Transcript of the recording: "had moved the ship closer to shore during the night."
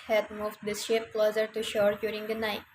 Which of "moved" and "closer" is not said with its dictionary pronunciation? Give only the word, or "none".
none